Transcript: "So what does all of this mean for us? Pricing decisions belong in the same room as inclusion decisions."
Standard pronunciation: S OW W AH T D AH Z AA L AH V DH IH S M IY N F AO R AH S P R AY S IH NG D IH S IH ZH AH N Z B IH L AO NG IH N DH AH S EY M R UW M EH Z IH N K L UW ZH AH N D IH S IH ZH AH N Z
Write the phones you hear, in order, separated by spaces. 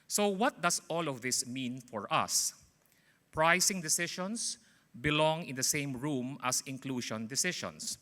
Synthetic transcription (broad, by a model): S OW W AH T D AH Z AA L AH V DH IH S M IY N F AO R AH S P R AY S IH NG D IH S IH SH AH N S B IH L AO NG IH N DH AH S EY M R UW M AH S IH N K L UW SH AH N D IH S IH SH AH N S